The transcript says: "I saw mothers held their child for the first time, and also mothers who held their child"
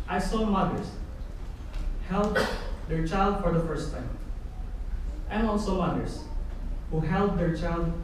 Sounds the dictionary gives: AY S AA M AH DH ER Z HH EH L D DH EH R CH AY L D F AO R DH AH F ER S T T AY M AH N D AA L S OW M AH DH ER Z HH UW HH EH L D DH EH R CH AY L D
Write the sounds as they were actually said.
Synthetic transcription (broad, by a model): AY S AA M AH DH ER S HH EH L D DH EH R CH AY L D F AO R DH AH F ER S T T AY M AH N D AA L S OW M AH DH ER S HH UW HH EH L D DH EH R CH AY L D